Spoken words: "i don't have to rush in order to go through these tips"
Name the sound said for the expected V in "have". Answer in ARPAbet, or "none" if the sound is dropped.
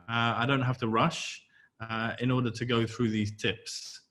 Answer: F